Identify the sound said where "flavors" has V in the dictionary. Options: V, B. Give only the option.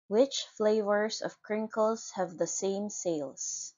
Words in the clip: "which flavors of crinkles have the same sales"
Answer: V